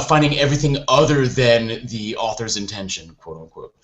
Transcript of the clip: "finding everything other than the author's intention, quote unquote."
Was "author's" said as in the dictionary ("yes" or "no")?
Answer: yes